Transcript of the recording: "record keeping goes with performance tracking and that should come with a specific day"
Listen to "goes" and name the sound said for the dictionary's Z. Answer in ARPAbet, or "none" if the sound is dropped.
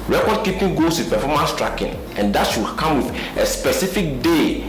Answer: S